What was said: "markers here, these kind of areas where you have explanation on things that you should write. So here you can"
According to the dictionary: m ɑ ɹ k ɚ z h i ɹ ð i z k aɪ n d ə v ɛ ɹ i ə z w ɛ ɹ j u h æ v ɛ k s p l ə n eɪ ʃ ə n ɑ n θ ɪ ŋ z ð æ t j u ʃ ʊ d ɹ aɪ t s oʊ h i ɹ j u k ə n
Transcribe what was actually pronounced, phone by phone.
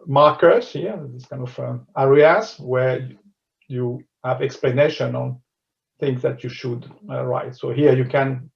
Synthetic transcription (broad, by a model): m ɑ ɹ k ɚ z h i ɹ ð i s k aɪ n d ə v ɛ ɹ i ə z w ɛ ɹ j u h æ v ɛ k s p l ə n eɪ ʃ ə n ɑ n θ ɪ ŋ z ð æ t j u ʃ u d ɹ aɪ t s oʊ h i ɹ j u k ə n